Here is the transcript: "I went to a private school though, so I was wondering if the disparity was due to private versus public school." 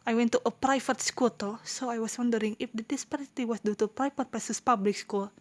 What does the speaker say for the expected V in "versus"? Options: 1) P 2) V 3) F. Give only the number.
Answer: 1